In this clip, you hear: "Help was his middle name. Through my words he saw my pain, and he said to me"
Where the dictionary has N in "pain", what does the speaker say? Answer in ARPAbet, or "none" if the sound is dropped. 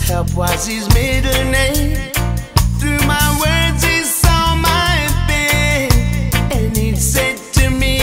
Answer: none